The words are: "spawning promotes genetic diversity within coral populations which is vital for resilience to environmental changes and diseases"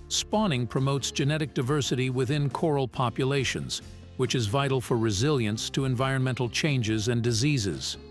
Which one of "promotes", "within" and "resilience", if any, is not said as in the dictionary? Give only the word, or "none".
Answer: none